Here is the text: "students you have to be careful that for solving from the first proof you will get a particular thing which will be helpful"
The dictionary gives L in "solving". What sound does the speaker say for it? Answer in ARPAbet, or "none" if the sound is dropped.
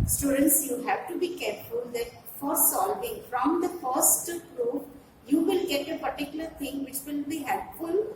L